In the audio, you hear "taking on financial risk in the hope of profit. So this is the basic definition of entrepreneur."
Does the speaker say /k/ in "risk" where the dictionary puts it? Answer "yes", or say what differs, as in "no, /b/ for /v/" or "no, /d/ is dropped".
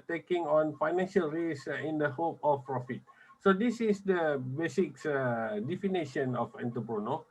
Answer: no, /k/ is dropped